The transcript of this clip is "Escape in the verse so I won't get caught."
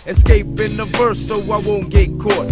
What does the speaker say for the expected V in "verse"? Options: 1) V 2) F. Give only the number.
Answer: 2